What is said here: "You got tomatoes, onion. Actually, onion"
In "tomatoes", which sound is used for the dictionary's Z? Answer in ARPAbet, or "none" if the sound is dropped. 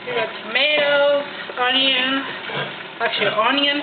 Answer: none